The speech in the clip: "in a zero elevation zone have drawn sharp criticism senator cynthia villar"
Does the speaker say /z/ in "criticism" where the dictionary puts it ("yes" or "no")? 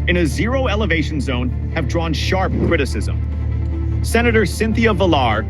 yes